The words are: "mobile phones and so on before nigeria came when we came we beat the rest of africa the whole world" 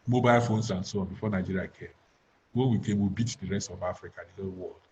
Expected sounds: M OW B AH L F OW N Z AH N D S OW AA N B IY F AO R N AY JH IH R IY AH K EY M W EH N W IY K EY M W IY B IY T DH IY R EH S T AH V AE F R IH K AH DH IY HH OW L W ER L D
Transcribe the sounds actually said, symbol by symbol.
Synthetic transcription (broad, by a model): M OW B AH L F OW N S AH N S OW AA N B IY F AO N AY JH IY R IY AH K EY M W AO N W IY K EY M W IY B IY T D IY R EH S T AH V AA F R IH K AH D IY HH OW L W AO L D